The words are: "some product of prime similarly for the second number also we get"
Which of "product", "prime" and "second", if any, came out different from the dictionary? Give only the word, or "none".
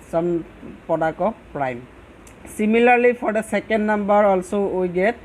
product